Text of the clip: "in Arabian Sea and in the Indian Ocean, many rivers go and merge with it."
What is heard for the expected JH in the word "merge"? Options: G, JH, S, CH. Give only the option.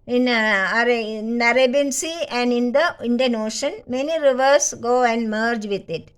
JH